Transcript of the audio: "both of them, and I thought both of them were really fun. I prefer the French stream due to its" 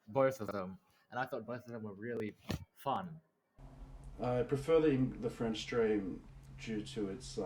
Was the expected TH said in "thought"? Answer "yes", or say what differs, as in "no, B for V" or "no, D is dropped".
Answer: yes